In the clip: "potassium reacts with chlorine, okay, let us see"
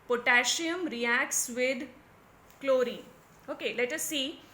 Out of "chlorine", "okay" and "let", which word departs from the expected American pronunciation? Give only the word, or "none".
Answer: chlorine